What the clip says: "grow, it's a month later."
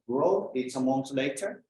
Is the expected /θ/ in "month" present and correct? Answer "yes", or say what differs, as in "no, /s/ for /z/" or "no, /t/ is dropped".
no, /s/ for /θ/